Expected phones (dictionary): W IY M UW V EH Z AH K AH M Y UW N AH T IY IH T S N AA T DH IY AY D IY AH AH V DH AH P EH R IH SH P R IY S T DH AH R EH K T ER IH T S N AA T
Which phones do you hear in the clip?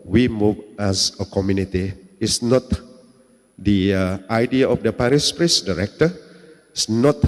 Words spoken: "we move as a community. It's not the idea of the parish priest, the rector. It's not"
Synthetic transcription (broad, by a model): W IY M UW V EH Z AH K AH M Y UW N AH T IY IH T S N AA T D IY AY D IY AH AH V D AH P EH R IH S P R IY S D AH R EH K T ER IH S N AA T